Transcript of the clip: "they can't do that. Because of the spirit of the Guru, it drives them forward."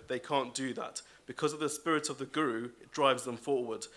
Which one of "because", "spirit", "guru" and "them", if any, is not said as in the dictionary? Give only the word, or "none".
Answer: none